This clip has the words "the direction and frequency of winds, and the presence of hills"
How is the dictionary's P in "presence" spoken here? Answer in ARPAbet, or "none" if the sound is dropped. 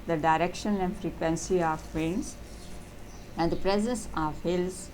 P